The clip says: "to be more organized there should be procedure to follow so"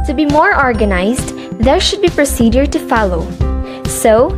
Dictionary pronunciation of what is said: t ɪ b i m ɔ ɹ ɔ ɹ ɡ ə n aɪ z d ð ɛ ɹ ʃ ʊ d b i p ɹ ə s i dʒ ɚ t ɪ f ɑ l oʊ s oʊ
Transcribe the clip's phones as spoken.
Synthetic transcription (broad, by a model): t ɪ b i m ɔ ɹ ɔ ɹ ɡ ə n aɪ z d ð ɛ ɹ ʃ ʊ d b i p ɹ ə s i dʒ ɚ t ɪ f ɑ l oʊ s oʊ